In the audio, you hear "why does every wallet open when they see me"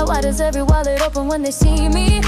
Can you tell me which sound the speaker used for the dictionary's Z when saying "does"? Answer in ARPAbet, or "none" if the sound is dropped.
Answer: Z